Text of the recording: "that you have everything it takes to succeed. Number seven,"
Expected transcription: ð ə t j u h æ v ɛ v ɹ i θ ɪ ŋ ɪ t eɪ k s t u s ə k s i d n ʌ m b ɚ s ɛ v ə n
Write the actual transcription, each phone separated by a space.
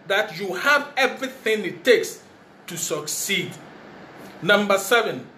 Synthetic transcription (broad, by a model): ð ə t j u h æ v ɛ v ɹ i θ ɪ ŋ ɪ t eɪ k s t u s ə k s i d n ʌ m b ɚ s ɛ v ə n